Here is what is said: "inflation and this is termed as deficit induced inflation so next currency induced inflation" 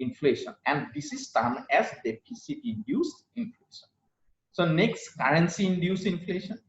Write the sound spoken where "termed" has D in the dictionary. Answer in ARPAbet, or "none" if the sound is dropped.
none